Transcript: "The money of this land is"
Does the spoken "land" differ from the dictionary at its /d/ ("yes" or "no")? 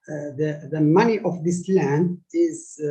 no